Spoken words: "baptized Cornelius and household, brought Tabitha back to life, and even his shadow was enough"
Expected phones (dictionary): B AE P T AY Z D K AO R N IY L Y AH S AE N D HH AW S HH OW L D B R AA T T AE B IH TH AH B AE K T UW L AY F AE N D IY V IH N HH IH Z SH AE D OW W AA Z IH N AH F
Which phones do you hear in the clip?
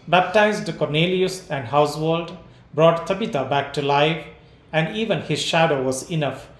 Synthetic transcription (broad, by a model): B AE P T AY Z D K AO R N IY L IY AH S AE N D HH AW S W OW L D B R AA T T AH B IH T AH B AE K T UW L AY F AE N D IY V IH N HH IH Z SH AE D OW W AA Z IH N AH F